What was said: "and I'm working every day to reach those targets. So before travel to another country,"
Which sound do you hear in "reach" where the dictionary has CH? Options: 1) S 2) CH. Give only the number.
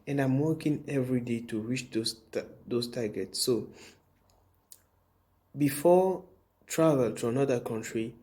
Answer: 1